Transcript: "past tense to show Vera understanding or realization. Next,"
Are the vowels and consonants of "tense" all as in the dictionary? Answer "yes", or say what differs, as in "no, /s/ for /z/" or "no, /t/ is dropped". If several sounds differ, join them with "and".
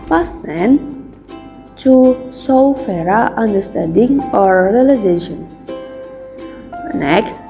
no, /s/ is dropped